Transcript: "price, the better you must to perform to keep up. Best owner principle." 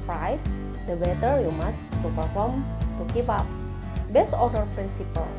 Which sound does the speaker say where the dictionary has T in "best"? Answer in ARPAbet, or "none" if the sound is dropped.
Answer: none